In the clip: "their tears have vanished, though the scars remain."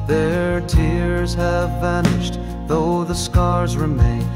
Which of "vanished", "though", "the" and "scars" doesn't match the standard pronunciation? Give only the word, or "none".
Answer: none